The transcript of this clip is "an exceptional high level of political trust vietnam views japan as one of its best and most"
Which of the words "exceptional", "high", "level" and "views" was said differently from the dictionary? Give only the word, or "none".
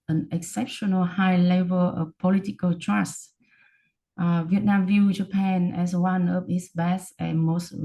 views